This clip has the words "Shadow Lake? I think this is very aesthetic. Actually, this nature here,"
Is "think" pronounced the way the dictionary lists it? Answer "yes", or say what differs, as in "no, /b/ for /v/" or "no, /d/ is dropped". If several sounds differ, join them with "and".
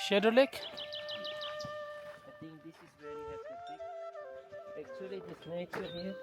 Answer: no, /t/ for /θ/